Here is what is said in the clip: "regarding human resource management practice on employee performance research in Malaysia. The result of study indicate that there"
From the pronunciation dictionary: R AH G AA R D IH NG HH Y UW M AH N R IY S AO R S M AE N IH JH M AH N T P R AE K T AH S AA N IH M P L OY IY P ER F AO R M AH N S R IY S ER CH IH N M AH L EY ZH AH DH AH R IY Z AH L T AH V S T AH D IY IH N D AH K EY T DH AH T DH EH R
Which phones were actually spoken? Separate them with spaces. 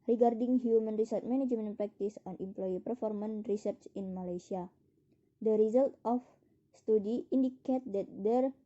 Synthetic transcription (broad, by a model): R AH G AA R D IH NG HH Y UW M AH N R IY S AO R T M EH N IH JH M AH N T P R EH K T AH S AA N IH M P L OY IY P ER F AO R M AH N R IY S ER CH IH N M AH L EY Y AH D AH R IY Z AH L T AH F S T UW D IY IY N D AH K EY T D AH T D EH R